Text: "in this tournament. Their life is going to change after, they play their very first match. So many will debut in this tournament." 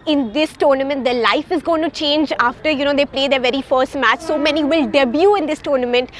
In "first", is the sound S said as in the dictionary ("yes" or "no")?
yes